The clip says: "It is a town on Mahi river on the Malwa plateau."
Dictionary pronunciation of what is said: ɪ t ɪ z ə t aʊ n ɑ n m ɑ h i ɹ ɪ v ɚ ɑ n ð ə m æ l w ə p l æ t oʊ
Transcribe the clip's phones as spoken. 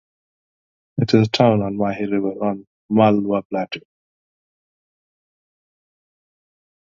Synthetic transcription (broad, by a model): ɪ t ɪ z ə t aʊ n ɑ n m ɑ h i ɹ ɪ v ɚ ɑ n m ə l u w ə b l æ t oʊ